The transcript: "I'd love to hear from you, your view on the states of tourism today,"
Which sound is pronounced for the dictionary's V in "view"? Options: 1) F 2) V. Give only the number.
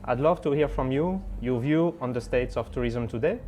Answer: 2